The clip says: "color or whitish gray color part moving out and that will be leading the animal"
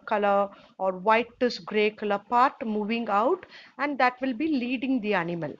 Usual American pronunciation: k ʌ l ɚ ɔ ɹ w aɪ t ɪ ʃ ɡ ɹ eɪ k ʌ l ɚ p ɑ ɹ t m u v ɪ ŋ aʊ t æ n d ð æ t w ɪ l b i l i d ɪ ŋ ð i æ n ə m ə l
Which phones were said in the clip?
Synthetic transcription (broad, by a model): k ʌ l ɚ ɔ ɹ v aɪ t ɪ s ɡ ɹ eɪ k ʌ l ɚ p ɑ ɹ t m u v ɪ ŋ aʊ t æ n d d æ t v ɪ l b i l i d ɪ ŋ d i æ n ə m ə l